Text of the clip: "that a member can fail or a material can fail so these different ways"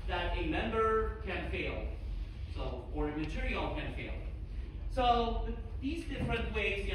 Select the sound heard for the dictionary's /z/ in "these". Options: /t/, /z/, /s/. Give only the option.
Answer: /z/